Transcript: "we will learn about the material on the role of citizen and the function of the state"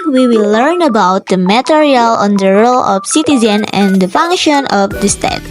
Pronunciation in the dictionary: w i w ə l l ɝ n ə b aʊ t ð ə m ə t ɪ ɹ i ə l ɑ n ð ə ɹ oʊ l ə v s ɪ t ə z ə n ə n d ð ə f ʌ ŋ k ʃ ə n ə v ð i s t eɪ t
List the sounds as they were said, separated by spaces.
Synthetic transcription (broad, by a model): w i w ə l l ɝ n ə b aʊ t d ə m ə t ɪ ɹ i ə l ɑ n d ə ɹ oʊ l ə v s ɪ t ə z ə n ə n d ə f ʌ ŋ k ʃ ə n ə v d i s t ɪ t